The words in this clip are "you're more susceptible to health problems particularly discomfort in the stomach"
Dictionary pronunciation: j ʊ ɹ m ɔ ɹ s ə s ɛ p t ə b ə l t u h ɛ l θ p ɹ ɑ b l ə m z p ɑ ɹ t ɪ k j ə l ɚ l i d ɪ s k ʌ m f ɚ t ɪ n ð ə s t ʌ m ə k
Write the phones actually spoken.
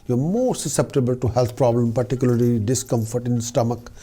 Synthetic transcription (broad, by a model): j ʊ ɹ m ɔ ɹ s ə s ɛ p t ə b ə l t u h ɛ l t p ɹ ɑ b l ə m p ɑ ɹ t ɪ k j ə l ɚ l i d ɪ s k ʌ m f ɚ t ɪ n s t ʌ m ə k